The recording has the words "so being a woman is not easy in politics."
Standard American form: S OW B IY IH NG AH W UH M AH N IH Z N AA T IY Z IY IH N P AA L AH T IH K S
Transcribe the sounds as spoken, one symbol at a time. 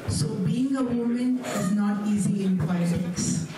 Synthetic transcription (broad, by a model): S OW B IY IH NG AH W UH M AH N IH Z N AA T IY Z IY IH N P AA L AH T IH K S